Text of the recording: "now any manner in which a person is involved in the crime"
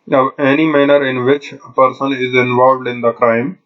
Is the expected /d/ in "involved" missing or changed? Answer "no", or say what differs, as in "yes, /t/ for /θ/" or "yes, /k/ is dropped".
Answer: no